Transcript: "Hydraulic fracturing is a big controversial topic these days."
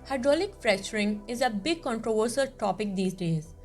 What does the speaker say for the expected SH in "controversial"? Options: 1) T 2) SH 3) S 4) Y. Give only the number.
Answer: 3